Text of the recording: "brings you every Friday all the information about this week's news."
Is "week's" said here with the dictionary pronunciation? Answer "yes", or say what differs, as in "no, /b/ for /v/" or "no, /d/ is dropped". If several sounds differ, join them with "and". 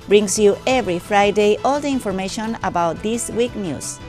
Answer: no, /s/ is dropped